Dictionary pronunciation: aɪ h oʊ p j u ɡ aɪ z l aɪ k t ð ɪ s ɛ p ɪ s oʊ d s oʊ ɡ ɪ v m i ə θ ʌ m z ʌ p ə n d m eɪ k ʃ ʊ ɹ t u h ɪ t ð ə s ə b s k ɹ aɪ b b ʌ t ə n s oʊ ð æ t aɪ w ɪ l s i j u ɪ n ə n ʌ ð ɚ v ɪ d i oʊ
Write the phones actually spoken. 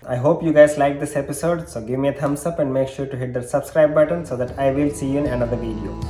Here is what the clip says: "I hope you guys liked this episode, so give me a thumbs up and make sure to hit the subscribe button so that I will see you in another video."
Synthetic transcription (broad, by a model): aɪ h oʊ p j u ɡ aɪ z l aɪ k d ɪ s ɛ p ɪ s oʊ d s oʊ ɡ ɪ v m i ə t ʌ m s ʌ p ə n d m eɪ k ʃ ʊ ɹ t u h ɪ t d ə s ə b s k ɹ aɪ b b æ t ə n s oʊ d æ t aɪ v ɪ l s i j u ɪ n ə n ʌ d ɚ v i d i oʊ